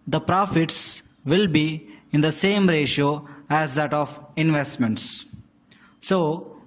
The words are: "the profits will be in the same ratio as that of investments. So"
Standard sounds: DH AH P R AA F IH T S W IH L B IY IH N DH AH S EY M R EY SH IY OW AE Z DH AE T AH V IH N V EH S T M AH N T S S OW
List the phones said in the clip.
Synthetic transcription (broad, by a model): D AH P R AA F IH T S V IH L B IY IH N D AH S EY M R EY SH IY OW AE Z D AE T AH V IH N V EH S T M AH N T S S OW